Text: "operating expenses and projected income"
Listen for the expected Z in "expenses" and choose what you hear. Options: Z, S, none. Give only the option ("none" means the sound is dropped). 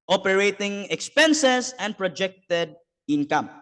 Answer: S